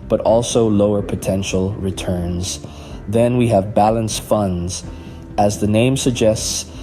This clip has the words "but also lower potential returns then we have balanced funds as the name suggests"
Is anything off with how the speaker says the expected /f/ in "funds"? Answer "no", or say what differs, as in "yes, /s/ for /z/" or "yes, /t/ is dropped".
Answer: no